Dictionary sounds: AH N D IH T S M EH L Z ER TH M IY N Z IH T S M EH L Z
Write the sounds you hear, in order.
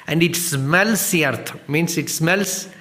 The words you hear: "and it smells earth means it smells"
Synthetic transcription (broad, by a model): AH N D IH T S M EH L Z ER T M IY N S IH T S M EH L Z